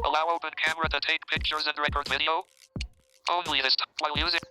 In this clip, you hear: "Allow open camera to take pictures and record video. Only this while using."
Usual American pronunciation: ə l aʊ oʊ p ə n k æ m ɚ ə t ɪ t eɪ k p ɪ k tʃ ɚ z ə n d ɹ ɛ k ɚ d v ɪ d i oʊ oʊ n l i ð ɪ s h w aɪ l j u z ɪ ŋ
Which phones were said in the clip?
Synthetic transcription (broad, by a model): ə l aʊ oʊ p ə n k æ m ɚ ə t ɪ t eɪ k p ɪ k tʃ ɚ z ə n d ɹ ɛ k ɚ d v ɪ d i oʊ oʊ n l i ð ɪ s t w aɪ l j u z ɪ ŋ